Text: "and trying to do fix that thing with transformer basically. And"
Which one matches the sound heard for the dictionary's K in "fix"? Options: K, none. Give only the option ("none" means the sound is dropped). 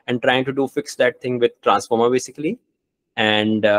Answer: K